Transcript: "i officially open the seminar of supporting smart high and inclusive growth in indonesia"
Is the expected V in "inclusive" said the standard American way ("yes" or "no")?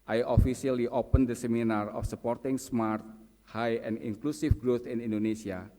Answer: no